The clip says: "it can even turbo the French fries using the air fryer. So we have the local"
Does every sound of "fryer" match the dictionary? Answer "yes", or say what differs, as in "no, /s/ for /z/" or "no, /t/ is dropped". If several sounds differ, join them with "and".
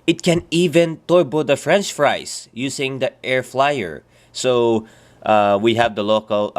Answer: no, /l/ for /ɹ/